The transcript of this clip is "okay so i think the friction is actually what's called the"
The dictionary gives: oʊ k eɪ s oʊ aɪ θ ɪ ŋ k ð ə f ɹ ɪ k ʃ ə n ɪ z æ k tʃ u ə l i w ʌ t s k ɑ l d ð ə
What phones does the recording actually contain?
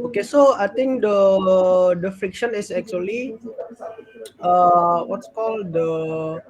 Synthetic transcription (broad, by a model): oʊ k eɪ s oʊ aɪ t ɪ ŋ k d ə f ɹ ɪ k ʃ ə n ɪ s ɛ k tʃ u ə l i w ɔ t s k ɑ l d ə